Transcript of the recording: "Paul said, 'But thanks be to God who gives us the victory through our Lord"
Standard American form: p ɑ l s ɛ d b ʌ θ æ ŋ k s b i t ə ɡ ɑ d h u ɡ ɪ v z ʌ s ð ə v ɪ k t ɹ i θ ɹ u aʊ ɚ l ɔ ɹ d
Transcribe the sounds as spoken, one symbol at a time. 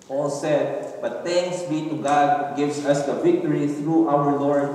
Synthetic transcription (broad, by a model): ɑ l s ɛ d b ʌ t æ ŋ k s b i t ə ɡ ɑ d ɡ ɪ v s ʌ s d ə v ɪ k t ɹ i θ ɹ u aʊ ɚ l ɔ ɹ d